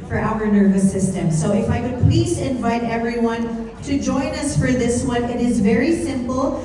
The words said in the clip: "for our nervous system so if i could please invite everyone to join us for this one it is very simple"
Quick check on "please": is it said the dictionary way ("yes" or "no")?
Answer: yes